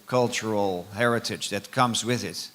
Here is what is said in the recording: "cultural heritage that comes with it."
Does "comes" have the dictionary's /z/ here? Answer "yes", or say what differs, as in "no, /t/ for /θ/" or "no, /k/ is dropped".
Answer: yes